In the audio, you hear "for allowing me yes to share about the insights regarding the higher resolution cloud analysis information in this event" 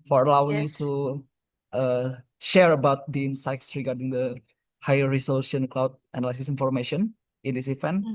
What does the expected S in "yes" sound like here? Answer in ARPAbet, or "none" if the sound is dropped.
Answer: none